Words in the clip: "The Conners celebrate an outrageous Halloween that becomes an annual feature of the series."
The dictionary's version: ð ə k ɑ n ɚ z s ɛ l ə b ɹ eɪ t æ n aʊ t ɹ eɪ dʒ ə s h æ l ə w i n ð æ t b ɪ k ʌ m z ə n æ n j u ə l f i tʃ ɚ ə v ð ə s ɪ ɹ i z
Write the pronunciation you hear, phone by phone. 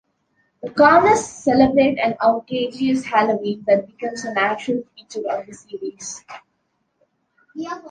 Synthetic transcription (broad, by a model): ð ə k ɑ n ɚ s ɛ l ə b ɹ eɪ t æ n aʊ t eɪ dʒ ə s h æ l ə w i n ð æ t b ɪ k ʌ m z ə n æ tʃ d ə l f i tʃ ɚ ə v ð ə s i ɹ i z